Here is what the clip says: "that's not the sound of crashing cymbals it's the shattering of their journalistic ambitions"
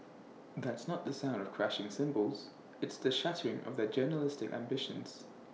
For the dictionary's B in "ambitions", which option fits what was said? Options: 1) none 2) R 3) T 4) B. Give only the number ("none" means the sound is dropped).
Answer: 4